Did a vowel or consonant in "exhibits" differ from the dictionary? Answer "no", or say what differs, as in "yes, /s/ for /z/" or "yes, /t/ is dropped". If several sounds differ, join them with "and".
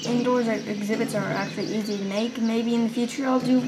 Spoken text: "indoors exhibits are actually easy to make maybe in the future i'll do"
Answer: no